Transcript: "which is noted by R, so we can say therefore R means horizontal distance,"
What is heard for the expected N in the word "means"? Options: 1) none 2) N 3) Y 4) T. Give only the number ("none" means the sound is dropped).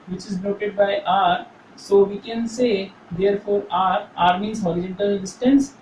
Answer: 1